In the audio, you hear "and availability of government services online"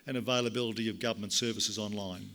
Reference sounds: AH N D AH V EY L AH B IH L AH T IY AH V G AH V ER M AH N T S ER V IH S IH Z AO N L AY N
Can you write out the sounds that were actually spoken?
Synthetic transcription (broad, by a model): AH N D AH V EY L AH B IH L AH T IY AH V G AH V ER M AH N T S ER V IH S IH Z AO N L AY N